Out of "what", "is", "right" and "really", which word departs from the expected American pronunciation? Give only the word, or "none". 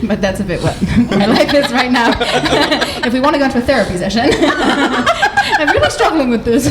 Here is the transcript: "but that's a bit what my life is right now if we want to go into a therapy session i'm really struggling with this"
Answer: is